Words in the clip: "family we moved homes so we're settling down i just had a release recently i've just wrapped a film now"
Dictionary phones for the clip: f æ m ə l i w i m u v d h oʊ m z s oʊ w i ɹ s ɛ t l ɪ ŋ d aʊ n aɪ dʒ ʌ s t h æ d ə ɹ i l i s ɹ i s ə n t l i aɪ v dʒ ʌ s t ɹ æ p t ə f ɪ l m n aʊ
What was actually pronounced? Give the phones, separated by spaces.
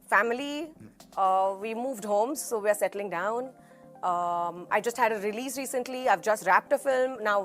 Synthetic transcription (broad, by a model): f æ m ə l i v i m u v d h oʊ m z s oʊ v i ɹ s ɛ t l ɪ ŋ d aʊ n aɪ dʒ ʌ s t h æ d ə ɹ i l i s ɹ i s ə n t l i aɪ v dʒ ʌ s t ɹ æ p t ə f ɪ l m n aʊ